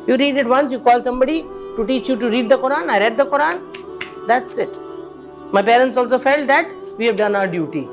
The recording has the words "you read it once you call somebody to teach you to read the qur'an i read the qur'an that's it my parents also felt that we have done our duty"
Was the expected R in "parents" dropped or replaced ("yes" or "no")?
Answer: no